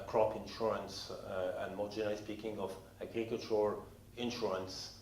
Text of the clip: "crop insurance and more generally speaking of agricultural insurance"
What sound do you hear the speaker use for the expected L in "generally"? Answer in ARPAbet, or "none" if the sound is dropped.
none